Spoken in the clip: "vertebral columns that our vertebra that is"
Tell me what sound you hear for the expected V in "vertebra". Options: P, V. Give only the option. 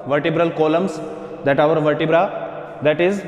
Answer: V